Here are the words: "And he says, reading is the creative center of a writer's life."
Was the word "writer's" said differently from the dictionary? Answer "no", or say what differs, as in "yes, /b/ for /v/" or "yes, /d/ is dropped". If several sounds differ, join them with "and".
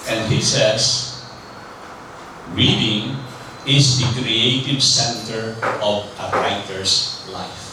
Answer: yes, /s/ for /z/